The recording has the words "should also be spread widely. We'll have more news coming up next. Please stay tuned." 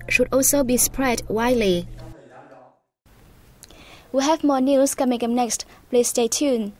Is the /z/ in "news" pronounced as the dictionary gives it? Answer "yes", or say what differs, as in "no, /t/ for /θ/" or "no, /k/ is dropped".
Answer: no, /s/ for /z/